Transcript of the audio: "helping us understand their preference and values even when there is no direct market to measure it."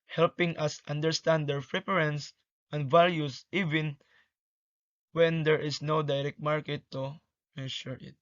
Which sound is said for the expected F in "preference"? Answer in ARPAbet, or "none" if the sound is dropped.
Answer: P